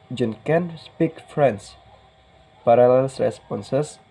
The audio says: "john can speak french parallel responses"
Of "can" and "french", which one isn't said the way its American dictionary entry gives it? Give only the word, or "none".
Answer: french